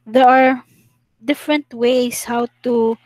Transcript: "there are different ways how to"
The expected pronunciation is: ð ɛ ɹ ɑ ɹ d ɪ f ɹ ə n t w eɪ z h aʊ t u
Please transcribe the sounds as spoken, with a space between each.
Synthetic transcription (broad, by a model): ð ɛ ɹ ɑ ɹ d ɪ f ɹ ə n t w eɪ s h aʊ t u